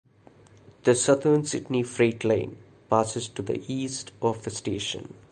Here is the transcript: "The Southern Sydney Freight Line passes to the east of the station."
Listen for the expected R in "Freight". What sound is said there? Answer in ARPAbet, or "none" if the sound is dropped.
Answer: R